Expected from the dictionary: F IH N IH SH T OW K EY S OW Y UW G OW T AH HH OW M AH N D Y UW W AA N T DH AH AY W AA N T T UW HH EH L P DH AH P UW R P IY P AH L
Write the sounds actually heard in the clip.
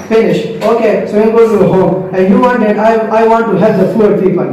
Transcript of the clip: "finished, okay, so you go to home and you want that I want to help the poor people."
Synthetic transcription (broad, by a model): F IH N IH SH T OW K EY S OW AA G OW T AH HH OW M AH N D Y UW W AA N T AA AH AY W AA N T T UW HH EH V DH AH F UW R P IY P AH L